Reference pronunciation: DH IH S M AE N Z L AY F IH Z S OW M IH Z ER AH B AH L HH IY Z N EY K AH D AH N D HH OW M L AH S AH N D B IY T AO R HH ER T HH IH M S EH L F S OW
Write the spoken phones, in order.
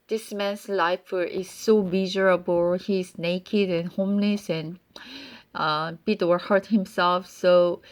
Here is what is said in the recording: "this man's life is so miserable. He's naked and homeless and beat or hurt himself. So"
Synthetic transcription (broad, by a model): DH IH S M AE N S L AY F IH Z S OW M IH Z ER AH B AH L HH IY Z N EY K AH D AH N HH OW M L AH S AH N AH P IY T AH W HH ER T HH IH M S EH L F S OW